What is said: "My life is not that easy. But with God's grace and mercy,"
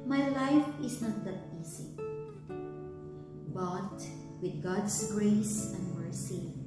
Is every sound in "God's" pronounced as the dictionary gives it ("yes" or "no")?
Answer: no